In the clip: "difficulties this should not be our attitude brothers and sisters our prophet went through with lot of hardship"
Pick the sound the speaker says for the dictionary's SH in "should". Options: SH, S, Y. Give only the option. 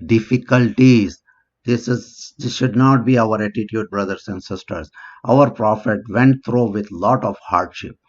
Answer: SH